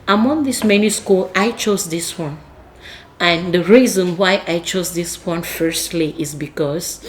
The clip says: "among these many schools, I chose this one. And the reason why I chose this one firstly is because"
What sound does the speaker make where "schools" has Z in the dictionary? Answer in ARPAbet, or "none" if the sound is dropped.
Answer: none